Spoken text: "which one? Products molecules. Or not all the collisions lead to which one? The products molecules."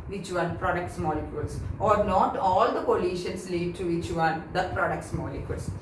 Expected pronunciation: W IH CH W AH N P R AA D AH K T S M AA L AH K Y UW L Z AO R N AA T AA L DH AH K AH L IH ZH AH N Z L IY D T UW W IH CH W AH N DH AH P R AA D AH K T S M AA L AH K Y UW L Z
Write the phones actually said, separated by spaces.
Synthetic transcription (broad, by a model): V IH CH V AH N P R AA D AH K T S M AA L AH K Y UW L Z AO R N AA T AA L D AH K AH L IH SH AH N S L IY D T UW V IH CH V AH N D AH P R AA D AH K T S M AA L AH K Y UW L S